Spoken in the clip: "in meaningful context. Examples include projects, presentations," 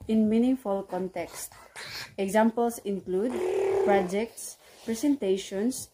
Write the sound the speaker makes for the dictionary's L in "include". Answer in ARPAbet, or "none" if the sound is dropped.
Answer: L